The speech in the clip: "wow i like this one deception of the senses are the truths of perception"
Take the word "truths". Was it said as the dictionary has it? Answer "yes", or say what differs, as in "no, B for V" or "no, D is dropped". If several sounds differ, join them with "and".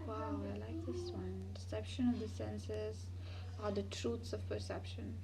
no, T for TH